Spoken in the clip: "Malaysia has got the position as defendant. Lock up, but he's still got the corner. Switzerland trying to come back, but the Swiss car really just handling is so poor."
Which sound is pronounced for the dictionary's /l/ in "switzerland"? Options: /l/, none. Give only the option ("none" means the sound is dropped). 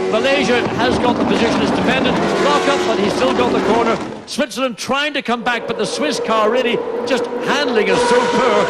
none